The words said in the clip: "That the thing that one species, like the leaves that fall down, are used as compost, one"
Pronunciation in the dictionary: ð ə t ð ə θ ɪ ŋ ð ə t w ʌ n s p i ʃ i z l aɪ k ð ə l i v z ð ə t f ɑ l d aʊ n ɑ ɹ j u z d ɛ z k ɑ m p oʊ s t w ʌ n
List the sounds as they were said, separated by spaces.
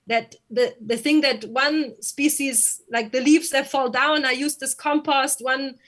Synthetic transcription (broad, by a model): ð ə t ð ə θ ɪ ŋ ð ə t w ʌ n s p i ʃ i z l aɪ k ð ə l i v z ð ə t f ɑ l d aʊ n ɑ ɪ j u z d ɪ s k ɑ m p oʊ s t w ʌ n